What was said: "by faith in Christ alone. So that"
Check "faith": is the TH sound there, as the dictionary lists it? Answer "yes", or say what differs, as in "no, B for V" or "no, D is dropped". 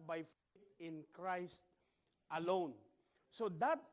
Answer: no, T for TH